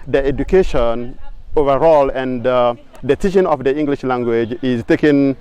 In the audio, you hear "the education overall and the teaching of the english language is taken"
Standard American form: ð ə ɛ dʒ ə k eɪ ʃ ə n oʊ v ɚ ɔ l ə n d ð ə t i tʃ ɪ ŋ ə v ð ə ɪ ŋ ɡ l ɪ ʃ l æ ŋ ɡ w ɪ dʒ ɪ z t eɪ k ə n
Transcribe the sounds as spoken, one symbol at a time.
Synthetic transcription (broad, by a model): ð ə ɛ dʒ ə k eɪ ʃ ə n oʊ v ɚ ɔ l ə n d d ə s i ʃ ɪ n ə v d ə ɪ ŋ ɡ l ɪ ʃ l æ ŋ ɡ w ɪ dʒ ɪ z t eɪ k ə n